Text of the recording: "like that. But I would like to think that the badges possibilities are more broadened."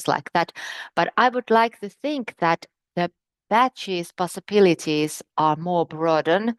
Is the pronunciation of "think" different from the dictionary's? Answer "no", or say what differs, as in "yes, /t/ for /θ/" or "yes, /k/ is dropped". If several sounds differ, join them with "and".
no